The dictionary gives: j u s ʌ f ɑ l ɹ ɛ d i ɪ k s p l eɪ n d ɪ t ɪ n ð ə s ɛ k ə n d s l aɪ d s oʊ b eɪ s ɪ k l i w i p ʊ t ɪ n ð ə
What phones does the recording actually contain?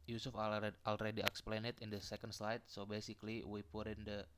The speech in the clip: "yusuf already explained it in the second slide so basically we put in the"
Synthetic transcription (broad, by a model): j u s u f ɑ l ɹ ɛ d i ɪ k s p l eɪ n ɪ t ɪ n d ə s ɛ k ə n d s l aɪ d s oʊ b eɪ s ɪ k l i w i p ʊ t ɪ n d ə